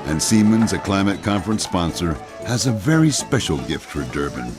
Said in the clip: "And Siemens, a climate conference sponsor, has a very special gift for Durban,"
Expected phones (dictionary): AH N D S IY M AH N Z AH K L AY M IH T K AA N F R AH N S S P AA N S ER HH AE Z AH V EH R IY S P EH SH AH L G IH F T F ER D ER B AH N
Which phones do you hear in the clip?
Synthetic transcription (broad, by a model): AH N S IY M AH N Z AH K L AY M IH T K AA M F R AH N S S P AA N S ER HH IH Z AH V EH R IY S P EH SH L G IH F T F ER D ER B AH N